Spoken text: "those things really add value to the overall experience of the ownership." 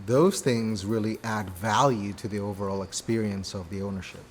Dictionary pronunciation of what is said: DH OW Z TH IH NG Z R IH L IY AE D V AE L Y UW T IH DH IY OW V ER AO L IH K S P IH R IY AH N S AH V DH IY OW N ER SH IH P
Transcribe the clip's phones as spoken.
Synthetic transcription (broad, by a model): DH OW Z TH IH NG Z R IH L IY AE D V AE L Y UW T IH DH IY OW V ER AO L IH K S P IH R IY AH N S AH V DH IY OW N ER SH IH P